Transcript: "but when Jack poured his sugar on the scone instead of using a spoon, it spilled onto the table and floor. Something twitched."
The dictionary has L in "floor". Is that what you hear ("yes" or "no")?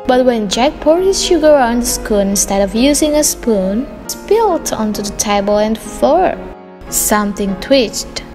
no